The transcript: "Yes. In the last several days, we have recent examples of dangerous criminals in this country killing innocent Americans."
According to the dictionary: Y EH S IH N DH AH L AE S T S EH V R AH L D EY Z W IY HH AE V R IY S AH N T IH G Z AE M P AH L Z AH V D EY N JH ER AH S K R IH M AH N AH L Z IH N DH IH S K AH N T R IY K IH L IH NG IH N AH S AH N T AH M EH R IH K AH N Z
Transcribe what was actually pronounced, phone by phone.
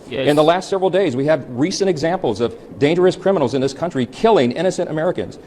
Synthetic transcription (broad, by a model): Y IH N DH AH L AE S T S EH V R L D EY Z W IY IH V R IY S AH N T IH G Z AE M P L Z AH V D EY N JH ER AH S K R IH M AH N L Z IH N DH IH S K AH N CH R IY K IH L IH NG IH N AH S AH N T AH M EH R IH K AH N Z